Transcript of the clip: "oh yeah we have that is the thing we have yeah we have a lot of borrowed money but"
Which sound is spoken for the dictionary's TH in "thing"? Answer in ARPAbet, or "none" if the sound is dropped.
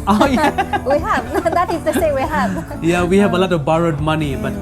S